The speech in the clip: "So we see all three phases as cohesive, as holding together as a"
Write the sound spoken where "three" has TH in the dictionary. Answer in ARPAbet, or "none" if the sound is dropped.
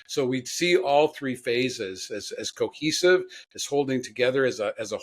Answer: TH